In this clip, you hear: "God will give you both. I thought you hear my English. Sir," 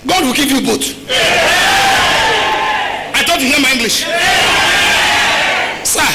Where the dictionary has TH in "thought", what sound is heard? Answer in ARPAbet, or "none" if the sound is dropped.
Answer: T